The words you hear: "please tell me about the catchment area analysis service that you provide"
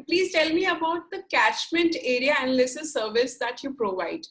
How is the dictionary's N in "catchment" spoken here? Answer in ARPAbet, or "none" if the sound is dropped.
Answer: N